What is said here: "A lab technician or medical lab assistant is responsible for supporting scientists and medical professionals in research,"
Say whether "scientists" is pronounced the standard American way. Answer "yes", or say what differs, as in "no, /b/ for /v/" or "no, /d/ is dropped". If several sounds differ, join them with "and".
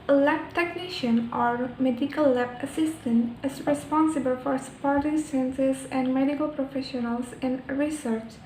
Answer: no, /s/ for /t/